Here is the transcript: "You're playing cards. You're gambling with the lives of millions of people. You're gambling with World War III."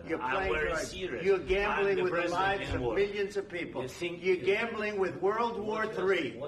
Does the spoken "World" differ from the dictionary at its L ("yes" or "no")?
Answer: no